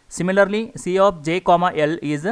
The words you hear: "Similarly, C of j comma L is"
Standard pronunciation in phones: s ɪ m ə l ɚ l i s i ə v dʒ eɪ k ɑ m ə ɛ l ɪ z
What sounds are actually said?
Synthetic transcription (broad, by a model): s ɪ m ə l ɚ l i s i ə p dʒ eɪ k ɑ m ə ɛ l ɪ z